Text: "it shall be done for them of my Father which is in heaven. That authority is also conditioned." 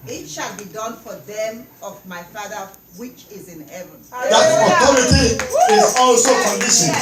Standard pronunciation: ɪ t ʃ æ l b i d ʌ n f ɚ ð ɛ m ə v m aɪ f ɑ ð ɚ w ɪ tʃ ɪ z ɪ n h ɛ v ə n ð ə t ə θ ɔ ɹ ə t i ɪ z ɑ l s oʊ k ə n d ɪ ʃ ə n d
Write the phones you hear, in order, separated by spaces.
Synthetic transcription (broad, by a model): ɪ t ʃ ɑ l b i d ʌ n f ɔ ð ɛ m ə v m aɪ f ɑ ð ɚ w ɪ tʃ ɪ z ɪ n h ɛ v ə n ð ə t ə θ ɔ ɹ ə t i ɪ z ɑ l s oʊ k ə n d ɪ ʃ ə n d